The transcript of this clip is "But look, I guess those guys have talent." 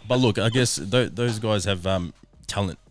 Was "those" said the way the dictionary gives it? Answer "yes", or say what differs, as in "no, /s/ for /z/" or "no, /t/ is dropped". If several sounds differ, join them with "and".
yes